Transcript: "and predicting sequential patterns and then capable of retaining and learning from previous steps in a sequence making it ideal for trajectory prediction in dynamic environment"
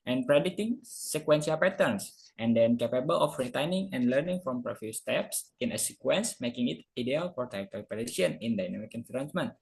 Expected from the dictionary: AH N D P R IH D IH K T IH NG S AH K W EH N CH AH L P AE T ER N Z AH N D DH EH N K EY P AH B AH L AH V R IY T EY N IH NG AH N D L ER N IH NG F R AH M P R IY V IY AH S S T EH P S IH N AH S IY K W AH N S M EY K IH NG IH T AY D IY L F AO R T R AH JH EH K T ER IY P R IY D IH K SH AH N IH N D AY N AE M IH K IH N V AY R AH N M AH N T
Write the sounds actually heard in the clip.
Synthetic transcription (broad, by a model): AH N P R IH D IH T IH NG S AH K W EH N S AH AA P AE T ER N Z AH N D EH N K EY P AH B AH L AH F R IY T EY N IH NG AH N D L ER N IH NG F R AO M P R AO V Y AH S S T EH P S IH N AH S IY K W AH N S M EY K IH NG IH T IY D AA L F AO R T AH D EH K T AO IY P R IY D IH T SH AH N IH N D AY N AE M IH K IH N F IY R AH N M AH N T